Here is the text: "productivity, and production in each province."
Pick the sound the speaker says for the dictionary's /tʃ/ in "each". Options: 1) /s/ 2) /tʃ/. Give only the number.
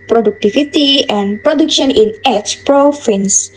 1